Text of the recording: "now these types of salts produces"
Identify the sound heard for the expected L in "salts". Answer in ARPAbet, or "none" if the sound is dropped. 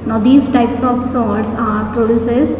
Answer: none